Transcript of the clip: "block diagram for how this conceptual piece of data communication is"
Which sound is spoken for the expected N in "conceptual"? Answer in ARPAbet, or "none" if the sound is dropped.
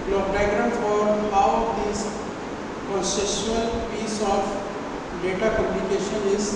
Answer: none